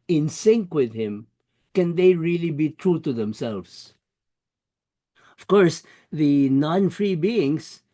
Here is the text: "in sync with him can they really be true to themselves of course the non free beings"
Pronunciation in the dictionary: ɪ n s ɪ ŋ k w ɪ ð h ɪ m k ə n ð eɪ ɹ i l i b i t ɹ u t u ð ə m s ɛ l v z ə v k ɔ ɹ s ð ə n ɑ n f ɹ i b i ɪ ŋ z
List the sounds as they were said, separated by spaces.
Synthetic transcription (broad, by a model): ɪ n s ɪ ŋ k w ɪ ð h ɪ m k ə n ð eɪ ɹ i l i b i t ɹ u t u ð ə m s ɛ l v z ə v k ɔ ɹ s ð ə n ɑ n f ɹ i b i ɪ ŋ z